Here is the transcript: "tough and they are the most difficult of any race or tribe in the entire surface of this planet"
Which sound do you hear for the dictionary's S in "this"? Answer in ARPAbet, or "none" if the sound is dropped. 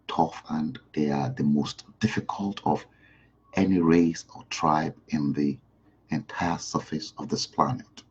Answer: S